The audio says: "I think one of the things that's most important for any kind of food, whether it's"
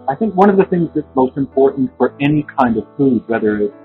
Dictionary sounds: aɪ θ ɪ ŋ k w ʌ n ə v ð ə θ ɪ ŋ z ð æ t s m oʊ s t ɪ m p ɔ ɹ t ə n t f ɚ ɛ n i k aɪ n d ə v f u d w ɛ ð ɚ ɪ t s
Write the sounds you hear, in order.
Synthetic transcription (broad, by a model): aɪ θ ɪ ŋ k w ʌ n ə v ð ə θ ɪ ŋ z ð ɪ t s m oʊ s t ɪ m p ɔ ɹ t n t f ɚ ɛ n i k aɪ n d ə v f u d w ɛ ð ɚ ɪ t